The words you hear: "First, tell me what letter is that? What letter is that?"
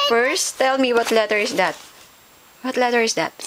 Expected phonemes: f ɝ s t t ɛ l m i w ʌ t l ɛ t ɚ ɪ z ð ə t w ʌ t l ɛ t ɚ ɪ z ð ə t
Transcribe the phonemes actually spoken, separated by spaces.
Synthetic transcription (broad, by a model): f ɝ s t t ɛ l m i w ʌ t l ɛ t ɚ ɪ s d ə t w ʌ t l ɛ t ɚ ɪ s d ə t